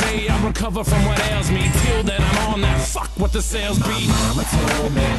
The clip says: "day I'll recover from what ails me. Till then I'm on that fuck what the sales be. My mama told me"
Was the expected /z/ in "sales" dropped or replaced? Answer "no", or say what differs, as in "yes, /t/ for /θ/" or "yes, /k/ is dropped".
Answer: no